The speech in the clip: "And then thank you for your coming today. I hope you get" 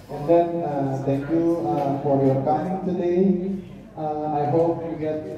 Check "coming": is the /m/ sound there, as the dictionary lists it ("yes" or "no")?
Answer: no